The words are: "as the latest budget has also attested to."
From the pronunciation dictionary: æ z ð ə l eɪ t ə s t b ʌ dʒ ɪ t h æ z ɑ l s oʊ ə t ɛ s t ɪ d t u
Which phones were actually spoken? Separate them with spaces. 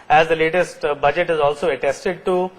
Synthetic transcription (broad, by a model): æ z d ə l eɪ t ə s t b ʌ dʒ ɪ t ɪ z ɑ l s oʊ ə t ɛ s t ɪ d t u